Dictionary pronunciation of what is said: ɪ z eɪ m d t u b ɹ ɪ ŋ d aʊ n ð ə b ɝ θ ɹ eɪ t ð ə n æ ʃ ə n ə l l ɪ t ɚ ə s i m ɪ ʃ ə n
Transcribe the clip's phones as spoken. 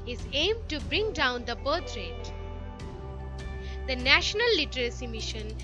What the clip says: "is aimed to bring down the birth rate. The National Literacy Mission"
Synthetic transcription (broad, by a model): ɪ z eɪ m d t u b ɹ ɪ ŋ d aʊ n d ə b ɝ t ɹ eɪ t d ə n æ ʃ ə n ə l l ɪ t ɚ ə s i m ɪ ʃ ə n